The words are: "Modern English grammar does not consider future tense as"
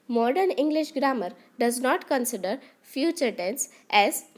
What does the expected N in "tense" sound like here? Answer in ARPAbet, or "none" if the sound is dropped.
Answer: N